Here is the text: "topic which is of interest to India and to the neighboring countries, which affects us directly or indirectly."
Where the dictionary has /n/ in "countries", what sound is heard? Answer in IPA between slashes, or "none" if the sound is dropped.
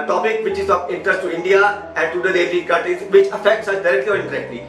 none